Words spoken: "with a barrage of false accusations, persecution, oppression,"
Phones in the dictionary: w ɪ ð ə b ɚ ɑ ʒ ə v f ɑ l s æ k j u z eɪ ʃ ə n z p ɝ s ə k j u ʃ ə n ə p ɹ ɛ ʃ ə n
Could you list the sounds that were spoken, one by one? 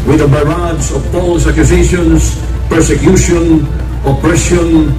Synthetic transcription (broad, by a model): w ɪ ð ə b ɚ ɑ z ə v p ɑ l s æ k j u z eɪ ʃ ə n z p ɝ s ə k j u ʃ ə n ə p ɹ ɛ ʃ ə n